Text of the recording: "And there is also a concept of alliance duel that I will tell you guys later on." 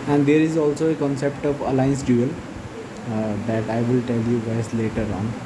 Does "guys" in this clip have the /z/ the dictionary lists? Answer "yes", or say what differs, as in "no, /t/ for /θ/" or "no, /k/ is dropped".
no, /s/ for /z/